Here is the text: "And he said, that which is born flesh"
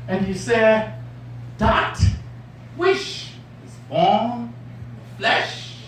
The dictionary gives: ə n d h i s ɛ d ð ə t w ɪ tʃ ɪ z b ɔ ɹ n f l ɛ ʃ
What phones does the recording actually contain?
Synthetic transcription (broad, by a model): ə n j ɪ s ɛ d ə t w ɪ ʃ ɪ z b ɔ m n f l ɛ ʃ